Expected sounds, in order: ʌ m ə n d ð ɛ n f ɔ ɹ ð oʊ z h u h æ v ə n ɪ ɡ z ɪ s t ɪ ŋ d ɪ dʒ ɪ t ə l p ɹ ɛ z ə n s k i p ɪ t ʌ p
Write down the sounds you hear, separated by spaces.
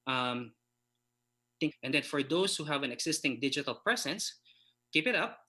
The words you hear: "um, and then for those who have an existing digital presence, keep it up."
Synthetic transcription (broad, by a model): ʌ m ə n d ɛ n f ɔ ɹ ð oʊ s h u h æ v ə n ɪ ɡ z ɪ s t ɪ ŋ d ɪ dʒ ɪ t ə l p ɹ ɛ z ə n s k i p ɪ t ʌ p